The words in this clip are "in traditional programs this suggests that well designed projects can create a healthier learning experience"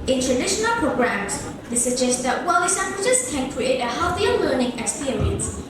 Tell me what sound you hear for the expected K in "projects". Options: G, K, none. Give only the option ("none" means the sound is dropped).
none